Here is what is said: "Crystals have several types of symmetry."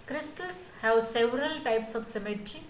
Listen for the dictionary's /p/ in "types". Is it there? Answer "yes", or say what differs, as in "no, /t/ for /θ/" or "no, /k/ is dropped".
yes